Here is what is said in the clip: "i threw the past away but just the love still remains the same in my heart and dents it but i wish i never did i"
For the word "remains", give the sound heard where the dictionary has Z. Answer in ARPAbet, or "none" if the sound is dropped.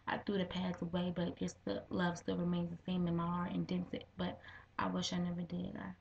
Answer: Z